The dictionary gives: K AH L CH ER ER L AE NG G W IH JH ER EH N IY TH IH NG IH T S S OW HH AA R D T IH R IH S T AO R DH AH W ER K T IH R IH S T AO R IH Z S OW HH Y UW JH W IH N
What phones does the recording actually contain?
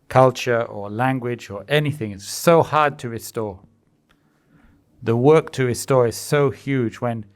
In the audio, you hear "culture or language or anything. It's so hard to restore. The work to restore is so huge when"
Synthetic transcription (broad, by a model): K AH L CH ER ER L AE NG G W IH JH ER EH N IY TH IH NG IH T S S OW HH AA R D T IH R IH S T AO R DH AH W ER K T IH R IH S T AO R IH Z S OW HH Y UW JH W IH N